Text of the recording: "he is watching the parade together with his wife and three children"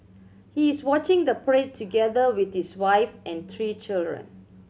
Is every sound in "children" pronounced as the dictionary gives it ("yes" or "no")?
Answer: yes